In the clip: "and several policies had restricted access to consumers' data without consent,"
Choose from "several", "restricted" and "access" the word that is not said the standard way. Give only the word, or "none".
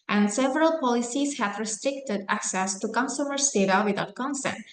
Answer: none